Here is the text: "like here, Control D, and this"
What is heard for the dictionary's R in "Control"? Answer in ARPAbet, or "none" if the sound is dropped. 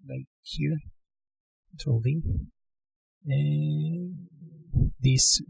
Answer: none